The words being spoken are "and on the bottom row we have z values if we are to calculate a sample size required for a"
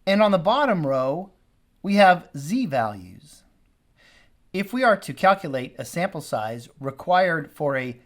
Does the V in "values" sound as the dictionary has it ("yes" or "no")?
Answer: yes